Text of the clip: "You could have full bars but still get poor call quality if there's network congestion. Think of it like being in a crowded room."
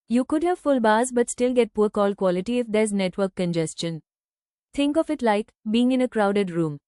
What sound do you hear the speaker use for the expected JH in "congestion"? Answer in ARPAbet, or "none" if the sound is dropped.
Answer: JH